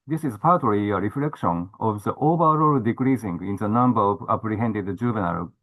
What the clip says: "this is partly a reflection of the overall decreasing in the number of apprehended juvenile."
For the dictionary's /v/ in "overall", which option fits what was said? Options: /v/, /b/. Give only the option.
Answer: /b/